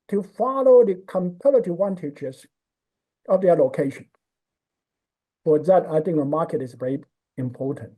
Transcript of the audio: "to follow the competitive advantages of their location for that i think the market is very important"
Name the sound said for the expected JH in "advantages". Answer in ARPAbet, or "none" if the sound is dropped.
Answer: CH